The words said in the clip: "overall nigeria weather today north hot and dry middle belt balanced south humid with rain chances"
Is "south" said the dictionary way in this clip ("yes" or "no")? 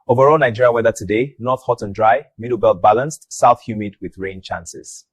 yes